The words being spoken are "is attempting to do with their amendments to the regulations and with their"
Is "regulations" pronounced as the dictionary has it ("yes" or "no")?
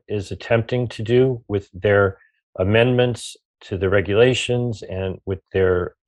yes